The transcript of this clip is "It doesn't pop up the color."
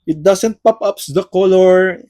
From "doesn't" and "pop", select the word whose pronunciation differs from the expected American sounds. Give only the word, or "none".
doesn't